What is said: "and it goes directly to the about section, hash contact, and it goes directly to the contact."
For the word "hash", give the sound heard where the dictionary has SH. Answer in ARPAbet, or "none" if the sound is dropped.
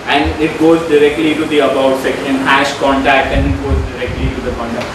SH